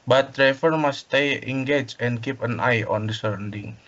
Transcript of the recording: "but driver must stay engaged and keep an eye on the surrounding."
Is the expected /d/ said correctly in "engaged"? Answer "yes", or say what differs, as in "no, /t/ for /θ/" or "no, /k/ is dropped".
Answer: no, /d/ is dropped